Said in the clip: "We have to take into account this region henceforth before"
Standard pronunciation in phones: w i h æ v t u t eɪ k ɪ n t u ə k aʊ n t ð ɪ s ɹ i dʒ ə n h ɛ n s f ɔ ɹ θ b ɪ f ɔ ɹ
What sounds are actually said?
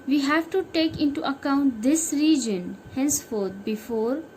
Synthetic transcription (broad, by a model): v i h æ v t u t eɪ k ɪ n t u ə k aʊ n t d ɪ s ɹ i dʒ ə n h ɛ n s f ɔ ɹ t b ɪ f ɔ ɹ